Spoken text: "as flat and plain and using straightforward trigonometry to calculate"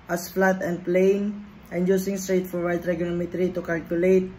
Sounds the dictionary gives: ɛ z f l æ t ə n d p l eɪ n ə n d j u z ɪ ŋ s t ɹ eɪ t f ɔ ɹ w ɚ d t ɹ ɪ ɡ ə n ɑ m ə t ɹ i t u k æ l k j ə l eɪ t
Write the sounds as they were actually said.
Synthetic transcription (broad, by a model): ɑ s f l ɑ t ə n d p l eɪ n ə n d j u s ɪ ŋ s t ɹ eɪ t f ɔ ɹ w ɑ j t ɹ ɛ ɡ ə l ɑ m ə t ɹ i t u k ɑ l k j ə l eɪ t